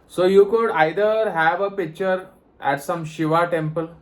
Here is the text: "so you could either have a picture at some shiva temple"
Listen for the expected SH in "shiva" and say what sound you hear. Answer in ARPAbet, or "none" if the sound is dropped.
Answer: SH